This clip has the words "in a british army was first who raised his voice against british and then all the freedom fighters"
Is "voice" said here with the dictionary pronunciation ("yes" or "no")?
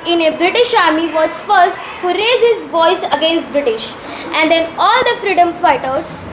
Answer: yes